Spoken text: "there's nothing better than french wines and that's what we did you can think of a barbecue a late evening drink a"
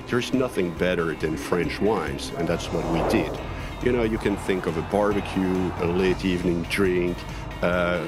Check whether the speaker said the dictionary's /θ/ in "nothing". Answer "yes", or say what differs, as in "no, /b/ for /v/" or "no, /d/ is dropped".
yes